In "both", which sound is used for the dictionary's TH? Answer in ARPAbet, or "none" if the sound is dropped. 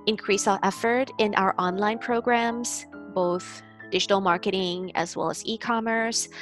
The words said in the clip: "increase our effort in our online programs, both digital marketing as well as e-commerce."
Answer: TH